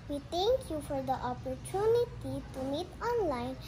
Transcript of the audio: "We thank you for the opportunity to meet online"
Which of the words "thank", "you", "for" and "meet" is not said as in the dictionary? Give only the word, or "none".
thank